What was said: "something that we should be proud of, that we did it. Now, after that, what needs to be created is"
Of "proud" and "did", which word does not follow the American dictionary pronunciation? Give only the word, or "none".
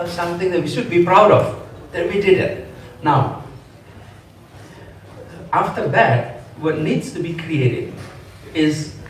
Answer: none